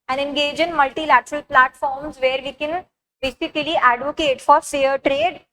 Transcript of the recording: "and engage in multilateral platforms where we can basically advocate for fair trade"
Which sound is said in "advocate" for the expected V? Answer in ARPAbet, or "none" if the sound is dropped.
V